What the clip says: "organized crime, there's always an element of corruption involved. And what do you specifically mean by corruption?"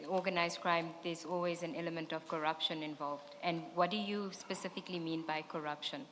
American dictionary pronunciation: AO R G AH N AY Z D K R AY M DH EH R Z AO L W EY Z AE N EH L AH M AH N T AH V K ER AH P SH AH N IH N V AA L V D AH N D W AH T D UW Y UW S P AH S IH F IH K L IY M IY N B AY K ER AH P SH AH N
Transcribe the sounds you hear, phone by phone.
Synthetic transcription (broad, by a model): AO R G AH N AY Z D K R AY M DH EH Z AO L W EY Z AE N EH L AH M AH N T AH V K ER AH P SH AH N IH N V AA L V D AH N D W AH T D UW Y UW S P AH S IH F IH K L IY M IY N B AY K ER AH P SH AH N